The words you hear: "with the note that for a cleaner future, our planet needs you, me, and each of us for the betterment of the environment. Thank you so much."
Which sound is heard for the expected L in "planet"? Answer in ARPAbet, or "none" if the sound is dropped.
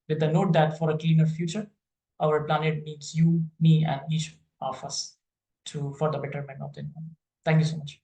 L